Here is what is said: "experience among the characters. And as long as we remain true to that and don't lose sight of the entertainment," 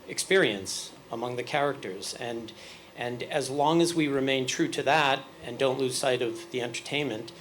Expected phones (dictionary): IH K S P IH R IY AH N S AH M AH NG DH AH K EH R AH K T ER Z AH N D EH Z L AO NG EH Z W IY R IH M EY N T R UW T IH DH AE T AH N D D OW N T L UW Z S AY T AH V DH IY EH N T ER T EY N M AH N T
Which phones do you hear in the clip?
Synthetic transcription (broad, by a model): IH K S P IH R IY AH N S AH M AH NG DH AH K EH R AH K T ER Z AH N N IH Z L AO NG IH Z W IY R IH M EY N T R UW T IH DH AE T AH N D D OW N T L UW Z S AY T AH V DH IY EH N T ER T EY N M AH N T